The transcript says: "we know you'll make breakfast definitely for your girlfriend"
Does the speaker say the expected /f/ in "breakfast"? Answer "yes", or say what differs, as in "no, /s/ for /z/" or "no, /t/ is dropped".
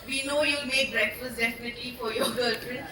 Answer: no, /f/ is dropped